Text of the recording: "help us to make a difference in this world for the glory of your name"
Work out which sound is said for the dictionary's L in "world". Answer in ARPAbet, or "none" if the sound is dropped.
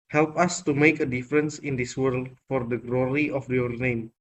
L